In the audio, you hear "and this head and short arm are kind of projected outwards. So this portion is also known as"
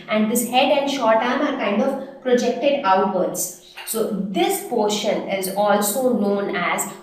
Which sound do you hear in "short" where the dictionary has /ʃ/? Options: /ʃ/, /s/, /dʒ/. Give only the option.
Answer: /ʃ/